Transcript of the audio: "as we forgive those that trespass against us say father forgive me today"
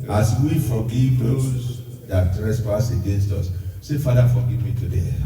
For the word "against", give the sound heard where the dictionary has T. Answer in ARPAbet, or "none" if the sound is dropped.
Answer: T